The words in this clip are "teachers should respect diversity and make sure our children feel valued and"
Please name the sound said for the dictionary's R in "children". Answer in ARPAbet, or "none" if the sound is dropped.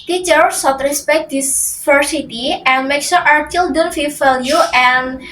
none